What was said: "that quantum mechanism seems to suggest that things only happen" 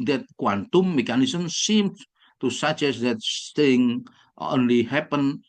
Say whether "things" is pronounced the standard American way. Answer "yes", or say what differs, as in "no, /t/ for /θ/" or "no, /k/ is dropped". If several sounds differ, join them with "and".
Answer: no, /z/ is dropped